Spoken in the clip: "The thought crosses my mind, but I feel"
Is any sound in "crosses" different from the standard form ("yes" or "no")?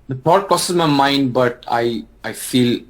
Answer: yes